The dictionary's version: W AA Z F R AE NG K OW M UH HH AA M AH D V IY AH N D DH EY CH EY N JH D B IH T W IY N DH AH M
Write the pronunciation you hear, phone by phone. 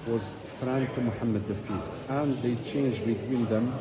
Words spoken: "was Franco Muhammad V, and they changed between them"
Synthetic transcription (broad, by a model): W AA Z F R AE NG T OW M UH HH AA M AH D F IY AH N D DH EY CH EY N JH B IH T W IY N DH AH M